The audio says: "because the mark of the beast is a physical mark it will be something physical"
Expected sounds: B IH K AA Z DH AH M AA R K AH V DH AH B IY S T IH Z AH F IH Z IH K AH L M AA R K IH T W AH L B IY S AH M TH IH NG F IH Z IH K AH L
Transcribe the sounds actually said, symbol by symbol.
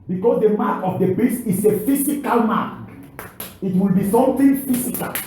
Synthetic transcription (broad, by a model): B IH K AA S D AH M AA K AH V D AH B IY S IH S AH F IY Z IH K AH L M AA K IH T W AH L B IY S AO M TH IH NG F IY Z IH K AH L